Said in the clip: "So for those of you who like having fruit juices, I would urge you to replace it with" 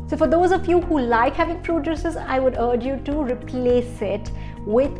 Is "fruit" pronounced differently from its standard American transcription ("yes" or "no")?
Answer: yes